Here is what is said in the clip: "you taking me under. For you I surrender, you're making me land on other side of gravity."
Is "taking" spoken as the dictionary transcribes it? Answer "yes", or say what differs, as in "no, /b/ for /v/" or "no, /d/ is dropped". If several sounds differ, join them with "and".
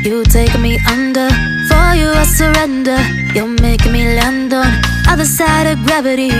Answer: no, /k/ is dropped